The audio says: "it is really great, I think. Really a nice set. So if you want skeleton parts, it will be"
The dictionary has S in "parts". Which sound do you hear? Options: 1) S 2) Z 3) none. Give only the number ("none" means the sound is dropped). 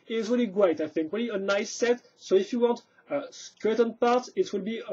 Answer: 3